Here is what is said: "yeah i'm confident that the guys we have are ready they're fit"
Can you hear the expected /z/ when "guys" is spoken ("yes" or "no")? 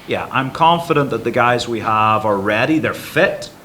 yes